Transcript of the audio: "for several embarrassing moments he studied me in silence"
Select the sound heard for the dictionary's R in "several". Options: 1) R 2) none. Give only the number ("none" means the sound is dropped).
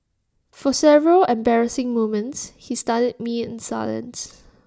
1